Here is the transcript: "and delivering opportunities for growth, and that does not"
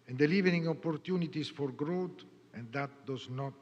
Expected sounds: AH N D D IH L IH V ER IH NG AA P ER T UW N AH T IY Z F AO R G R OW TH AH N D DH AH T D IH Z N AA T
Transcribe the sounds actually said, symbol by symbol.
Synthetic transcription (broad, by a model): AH N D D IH L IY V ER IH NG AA P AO T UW N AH T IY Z F AO R G R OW T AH N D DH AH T D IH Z N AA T